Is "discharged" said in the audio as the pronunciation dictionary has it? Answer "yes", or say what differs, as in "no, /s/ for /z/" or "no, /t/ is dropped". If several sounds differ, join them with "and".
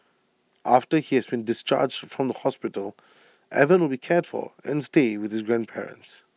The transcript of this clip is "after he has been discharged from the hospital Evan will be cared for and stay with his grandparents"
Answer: yes